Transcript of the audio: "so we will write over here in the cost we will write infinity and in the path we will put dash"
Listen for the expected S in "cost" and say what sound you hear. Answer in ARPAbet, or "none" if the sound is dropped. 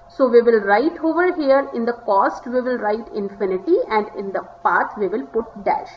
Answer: S